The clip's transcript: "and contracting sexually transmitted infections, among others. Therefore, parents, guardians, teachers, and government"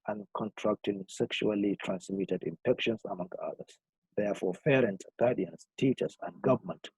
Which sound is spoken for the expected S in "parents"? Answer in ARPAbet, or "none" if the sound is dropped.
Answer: none